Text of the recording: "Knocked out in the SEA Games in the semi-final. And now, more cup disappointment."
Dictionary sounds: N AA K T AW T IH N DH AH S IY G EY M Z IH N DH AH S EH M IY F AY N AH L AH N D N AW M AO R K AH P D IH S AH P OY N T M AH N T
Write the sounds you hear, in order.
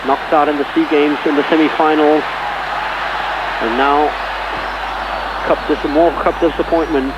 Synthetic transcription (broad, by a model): N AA K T AW T IH N DH AH S IY G EY M Z IH N DH AH S EH M IY F AY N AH N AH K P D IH M AO R K AH P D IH S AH P OY N M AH N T